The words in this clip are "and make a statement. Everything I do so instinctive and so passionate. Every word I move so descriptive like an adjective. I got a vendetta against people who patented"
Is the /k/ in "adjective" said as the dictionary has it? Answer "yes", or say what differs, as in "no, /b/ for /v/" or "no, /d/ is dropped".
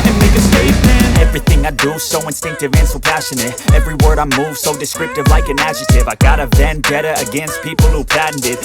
no, /k/ is dropped